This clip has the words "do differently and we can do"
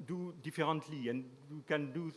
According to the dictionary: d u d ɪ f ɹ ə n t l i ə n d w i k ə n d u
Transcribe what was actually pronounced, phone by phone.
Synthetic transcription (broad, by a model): d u d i f ɹ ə t l i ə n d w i k ə n d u